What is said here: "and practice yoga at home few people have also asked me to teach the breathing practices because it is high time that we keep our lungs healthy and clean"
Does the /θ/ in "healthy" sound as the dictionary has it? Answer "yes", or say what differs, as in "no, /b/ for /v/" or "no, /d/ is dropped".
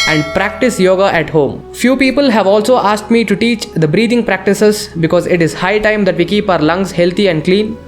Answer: no, /t/ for /θ/